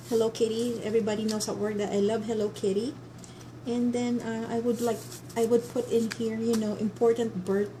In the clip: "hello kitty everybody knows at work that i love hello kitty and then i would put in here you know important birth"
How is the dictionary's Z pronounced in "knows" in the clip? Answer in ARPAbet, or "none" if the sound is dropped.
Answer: S